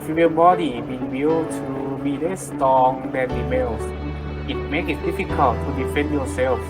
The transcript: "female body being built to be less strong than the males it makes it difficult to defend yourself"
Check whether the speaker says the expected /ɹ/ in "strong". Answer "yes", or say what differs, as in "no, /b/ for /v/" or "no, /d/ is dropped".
no, /ɹ/ is dropped